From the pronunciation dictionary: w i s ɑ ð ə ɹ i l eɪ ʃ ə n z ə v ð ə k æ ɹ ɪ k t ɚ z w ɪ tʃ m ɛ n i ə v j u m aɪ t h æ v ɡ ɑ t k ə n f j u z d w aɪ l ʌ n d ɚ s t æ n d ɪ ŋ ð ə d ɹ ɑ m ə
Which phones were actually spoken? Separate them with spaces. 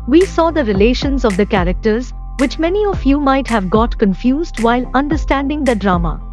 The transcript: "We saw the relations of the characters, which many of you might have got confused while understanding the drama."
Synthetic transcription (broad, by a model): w i s ɑ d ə ɹ i l eɪ ʃ ə n z ə v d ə k æ ɹ ɪ k t ɚ z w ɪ tʃ m ɛ n i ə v j u m aɪ t h æ v ɡ ɑ t k ə n f j u z d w aɪ l ʌ n d ɚ s t æ n d ɪ ŋ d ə d ɹ ɑ m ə